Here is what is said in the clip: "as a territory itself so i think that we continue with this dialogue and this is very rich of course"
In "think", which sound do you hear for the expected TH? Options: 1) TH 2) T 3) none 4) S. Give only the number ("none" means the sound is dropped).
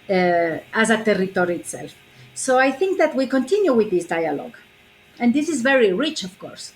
1